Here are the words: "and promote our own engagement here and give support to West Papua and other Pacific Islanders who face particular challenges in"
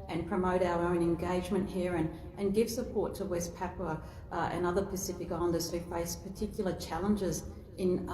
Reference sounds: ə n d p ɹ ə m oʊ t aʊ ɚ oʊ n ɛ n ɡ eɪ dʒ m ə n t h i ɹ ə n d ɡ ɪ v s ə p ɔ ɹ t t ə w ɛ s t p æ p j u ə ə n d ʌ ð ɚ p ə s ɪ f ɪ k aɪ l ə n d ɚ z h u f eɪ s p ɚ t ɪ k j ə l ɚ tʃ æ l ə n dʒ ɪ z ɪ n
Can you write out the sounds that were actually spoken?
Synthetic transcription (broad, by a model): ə n p ɹ ə m oʊ t aʊ ɚ oʊ n ɛ n ɡ eɪ dʒ m ə n t h i ɹ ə n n ɡ ɪ v s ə p ɔ ɹ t t ə w ɛ s p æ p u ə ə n ʌ ð ɚ p ə s ɪ f ɪ k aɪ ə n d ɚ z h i f eɪ s p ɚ t ɪ k j l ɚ tʃ æ l ə n dʒ ɪ z ɪ n